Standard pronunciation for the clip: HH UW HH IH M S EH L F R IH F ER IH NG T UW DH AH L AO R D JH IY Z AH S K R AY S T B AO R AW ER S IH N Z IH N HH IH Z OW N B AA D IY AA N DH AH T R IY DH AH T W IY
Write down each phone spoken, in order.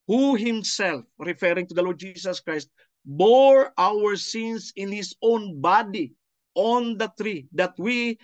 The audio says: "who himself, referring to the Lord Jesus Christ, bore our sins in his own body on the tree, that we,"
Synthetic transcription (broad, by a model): HH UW HH IH M S EH L F R IH F ER IH NG T UW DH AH L AO R D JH IY S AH S K R AY S T B AO R AW ER S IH N S IH N HH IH S OW N B AA D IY AA N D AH T R IY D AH T W IY